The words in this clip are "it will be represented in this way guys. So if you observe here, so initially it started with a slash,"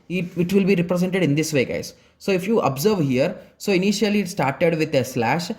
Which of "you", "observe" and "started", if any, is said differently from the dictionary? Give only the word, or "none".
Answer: none